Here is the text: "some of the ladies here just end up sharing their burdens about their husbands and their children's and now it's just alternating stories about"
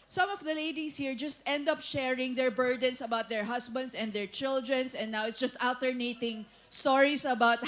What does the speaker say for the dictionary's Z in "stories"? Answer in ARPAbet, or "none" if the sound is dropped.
S